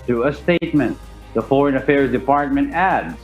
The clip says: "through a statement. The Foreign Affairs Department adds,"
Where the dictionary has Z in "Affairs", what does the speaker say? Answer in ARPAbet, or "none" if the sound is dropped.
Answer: Z